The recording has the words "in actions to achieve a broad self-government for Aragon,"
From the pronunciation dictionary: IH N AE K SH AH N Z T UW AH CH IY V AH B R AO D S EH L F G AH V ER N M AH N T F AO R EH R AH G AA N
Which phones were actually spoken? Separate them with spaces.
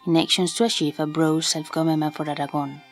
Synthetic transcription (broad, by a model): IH N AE K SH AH N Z T UW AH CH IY F AH B R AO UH S EH L F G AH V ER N M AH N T F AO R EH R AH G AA N